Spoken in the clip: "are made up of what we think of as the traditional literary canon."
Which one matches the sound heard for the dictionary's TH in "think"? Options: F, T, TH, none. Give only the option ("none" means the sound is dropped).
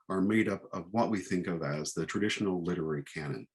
TH